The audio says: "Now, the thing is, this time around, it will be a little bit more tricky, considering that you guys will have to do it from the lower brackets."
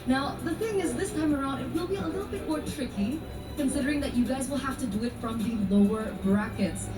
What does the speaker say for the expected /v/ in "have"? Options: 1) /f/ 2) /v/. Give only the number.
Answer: 1